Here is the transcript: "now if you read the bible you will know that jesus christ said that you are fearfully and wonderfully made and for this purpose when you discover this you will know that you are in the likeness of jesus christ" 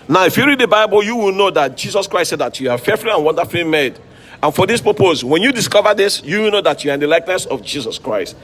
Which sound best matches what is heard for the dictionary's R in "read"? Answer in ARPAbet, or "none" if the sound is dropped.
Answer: R